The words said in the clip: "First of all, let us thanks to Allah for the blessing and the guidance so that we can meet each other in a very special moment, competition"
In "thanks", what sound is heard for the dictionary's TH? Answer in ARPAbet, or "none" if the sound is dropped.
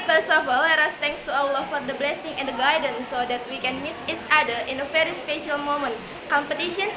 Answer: T